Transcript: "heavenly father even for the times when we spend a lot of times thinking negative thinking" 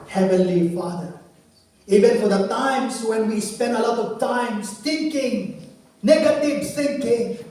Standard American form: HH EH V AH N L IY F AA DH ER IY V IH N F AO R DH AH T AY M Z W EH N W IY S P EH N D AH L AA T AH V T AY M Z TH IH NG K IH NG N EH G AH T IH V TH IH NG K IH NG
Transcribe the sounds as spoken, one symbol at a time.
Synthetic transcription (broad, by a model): HH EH V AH N L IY F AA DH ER IY V IH N F AO R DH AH T AY M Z W EH N W IY S P EH N D AH L AA T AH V T AY M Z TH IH NG K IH NG N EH G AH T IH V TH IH NG K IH NG